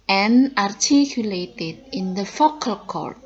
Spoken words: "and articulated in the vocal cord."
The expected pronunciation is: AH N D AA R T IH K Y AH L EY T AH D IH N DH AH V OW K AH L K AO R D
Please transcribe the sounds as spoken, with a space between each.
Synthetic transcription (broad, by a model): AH N AA R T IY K Y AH L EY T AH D IH N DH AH F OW K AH L K AO R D